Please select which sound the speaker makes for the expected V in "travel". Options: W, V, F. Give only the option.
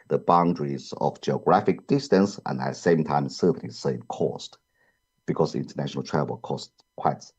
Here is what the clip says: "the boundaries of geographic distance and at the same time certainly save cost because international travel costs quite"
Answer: W